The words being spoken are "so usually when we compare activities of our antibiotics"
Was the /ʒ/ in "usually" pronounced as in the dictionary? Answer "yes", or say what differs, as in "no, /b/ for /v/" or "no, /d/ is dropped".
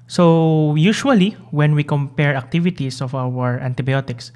no, /ʃ/ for /ʒ/